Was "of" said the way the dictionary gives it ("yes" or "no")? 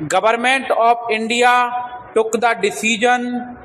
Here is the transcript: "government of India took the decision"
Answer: no